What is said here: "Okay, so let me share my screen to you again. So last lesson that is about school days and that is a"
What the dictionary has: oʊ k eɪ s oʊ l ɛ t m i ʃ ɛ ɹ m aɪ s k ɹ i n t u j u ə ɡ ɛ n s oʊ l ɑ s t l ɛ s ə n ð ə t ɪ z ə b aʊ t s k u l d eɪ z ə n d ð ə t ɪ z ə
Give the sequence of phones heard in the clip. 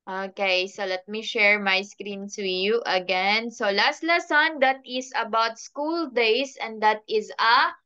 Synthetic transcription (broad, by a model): oʊ k eɪ s oʊ l ɛ t m i ʃ ɛ ɹ m aɪ s k ɹ i n s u j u ə ɡ ɛ n s oʊ l ɑ s t l ɛ s ə n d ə t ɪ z ə b aʊ t s k u l d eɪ s ə n d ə t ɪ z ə